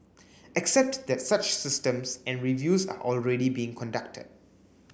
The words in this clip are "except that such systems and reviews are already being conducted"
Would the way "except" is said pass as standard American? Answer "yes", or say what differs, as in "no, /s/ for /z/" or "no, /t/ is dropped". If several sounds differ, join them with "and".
yes